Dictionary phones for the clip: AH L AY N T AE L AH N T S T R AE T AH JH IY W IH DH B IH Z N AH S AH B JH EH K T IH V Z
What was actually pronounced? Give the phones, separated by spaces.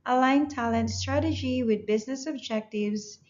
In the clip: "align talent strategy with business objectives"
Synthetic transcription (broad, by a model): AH L AY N T AE L AH N T S T R AE T AH JH IY W IH DH B IH Z N AH S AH B JH EH K T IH V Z